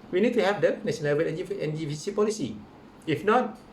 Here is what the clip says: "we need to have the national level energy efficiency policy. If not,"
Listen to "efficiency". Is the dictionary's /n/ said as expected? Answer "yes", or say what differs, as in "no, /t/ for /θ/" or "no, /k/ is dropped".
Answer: no, /n/ is dropped